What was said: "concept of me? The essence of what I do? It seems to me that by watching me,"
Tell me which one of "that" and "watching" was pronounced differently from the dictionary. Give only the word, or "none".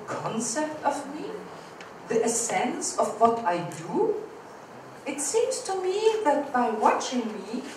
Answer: none